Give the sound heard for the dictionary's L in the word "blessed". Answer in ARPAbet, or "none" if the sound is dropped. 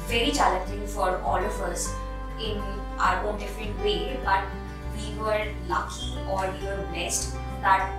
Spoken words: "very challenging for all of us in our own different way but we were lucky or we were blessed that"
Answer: none